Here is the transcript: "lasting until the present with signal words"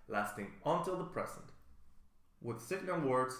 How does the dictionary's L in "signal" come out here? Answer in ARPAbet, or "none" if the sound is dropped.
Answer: N